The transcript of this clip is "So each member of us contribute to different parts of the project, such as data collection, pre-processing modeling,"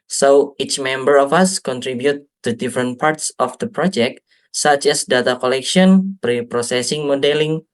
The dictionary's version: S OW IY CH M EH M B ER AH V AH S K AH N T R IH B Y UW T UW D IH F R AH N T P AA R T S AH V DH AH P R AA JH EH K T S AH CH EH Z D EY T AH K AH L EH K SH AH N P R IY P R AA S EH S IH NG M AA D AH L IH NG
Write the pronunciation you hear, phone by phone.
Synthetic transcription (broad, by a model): S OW IY CH M EH M B ER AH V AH S K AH N T R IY B Y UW T UW D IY F R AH N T P AA R T S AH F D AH P R AA JH EH K T S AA CH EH S D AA T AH K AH L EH K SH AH N P R IY P R AA S EH S IH NG M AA D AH L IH NG